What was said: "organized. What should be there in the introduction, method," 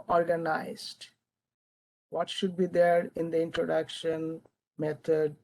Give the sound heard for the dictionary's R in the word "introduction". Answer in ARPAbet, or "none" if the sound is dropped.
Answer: R